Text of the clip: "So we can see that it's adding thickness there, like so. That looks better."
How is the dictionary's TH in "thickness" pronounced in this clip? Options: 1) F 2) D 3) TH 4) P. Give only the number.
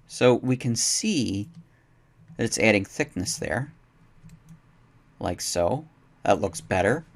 3